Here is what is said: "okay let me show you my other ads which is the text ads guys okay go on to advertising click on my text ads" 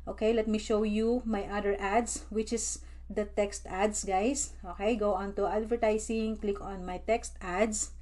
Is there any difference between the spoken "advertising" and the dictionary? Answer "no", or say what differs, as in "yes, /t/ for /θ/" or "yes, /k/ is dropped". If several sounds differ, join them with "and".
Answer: yes, /s/ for /z/